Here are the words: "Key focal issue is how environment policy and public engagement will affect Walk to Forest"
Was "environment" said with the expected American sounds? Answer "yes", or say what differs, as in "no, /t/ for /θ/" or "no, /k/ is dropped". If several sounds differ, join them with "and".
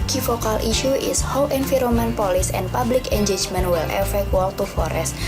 no, /f/ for /v/ and /n/ is dropped